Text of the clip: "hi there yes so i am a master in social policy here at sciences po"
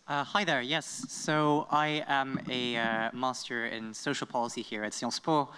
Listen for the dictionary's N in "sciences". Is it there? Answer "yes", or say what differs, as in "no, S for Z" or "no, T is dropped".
no, L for N